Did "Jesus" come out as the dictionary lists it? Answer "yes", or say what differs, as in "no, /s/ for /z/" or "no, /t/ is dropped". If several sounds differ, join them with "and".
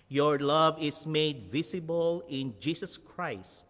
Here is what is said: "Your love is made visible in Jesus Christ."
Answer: no, /s/ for /z/